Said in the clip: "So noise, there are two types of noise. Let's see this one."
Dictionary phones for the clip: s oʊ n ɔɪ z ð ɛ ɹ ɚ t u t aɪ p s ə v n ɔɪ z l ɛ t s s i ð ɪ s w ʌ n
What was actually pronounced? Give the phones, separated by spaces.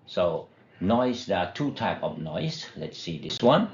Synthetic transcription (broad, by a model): s oʊ n ɔɪ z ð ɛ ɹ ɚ t u t aɪ p ə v n ɔɪ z l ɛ t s s i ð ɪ s w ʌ n